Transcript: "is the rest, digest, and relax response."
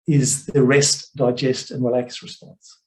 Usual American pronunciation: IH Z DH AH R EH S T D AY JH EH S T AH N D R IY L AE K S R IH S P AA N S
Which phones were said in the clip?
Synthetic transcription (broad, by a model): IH Z DH AH R EH S T D AY JH EH S T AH N R IY L AE K S R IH S P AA N S